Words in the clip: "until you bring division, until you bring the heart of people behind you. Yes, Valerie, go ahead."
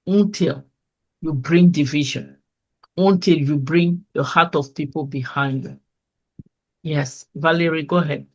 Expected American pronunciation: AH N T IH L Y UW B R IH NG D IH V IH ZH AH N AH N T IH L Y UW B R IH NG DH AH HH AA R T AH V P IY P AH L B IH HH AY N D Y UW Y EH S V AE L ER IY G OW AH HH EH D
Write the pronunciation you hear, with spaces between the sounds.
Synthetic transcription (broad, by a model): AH N T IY L Y UW B R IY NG D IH V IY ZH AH N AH N T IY L Y UW B R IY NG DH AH HH AA T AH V P IY P AH L B IH HH AY N D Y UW Y EH S V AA L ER IY G OW HH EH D